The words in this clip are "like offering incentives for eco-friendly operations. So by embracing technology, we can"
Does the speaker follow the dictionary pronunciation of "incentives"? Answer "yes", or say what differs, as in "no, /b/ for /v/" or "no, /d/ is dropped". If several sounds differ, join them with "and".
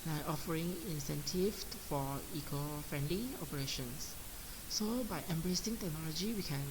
no, /z/ is dropped